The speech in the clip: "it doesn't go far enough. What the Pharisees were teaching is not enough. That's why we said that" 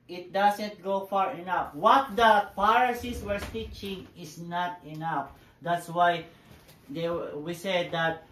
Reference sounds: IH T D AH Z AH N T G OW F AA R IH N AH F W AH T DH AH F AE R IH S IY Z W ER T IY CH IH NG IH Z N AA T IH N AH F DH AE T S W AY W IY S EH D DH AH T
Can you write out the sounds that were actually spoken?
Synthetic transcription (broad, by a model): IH T D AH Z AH N T G OW F AA R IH N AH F W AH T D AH P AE R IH S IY S W ER T IY CH IH NG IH S N AA T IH N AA F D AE T S W AY W IY S EH D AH T